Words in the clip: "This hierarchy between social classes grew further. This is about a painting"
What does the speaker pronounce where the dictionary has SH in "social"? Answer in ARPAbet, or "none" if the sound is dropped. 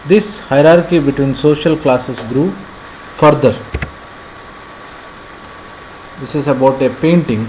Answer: SH